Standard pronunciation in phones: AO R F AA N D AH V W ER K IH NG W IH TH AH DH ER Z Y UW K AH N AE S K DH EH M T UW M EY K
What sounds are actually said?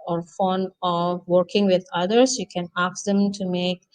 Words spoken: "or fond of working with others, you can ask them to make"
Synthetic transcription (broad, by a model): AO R F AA N AH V W ER K IH NG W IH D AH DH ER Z Y UW K AH N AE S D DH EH M T UW M EY K